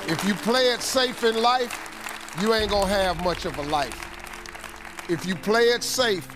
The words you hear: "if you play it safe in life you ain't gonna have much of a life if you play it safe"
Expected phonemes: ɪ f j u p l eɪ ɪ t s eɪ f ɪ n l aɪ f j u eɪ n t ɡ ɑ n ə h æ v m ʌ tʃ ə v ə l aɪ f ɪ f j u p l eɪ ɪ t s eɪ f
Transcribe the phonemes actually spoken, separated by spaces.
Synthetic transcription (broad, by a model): ɪ f j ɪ p l eɪ ɪ t s eɪ f ɪ n l aɪ f j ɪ eɪ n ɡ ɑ ə h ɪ v m ʌ tʃ ə v ə l aɪ f ɪ f j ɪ p l eɪ ɪ t s eɪ f